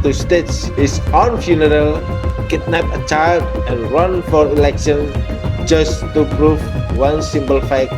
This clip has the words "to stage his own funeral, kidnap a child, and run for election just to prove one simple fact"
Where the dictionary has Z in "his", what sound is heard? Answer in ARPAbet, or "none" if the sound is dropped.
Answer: S